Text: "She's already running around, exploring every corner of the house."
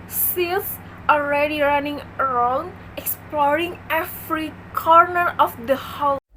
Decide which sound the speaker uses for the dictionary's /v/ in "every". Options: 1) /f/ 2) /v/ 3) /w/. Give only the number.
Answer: 1